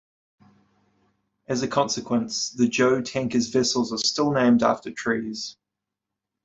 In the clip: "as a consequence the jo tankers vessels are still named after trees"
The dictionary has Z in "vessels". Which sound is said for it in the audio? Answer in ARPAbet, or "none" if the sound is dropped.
Z